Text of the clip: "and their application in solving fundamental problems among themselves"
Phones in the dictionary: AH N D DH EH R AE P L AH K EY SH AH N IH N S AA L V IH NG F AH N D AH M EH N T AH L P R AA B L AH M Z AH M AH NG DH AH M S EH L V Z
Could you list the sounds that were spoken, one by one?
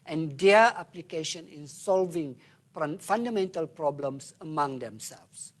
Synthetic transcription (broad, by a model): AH N D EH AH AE P L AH K EY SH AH N IH N S AA L V IH NG F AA N D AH M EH N T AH L P R AA B L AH M S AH M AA NG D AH M S EH L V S